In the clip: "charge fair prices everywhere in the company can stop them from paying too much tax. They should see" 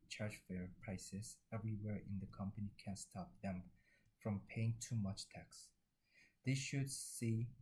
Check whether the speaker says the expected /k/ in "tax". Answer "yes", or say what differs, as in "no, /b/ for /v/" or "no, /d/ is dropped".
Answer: yes